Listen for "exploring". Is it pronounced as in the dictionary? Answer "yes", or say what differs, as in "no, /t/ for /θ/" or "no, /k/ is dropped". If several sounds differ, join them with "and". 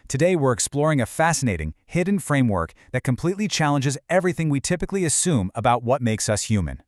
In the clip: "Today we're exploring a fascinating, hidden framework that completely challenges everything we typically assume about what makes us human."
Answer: yes